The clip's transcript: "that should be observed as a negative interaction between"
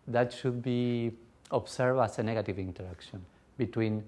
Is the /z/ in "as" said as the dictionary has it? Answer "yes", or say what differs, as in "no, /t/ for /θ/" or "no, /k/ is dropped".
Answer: no, /s/ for /z/